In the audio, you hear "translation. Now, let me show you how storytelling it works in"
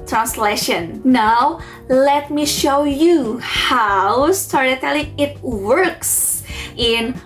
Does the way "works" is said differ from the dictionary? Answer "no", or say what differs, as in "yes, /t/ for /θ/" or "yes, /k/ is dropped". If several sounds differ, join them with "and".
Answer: no